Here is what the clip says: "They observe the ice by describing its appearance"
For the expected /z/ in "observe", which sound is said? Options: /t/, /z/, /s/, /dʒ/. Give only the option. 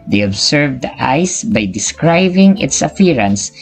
/s/